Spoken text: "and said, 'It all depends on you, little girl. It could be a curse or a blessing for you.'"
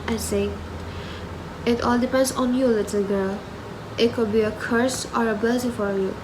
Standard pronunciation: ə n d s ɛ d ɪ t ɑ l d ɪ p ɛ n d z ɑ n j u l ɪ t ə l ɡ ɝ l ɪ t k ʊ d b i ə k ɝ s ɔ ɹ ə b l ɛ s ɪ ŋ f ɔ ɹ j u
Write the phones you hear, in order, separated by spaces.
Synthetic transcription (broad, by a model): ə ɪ s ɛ ɪ t ɑ l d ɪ p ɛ n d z ɑ n j u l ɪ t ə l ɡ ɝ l ɪ t k ʊ d b i ə k ɝ s ɔ ɹ ə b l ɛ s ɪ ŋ f ɔ ɹ j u